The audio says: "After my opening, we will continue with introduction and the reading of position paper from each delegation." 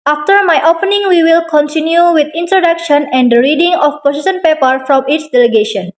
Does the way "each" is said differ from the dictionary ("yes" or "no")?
yes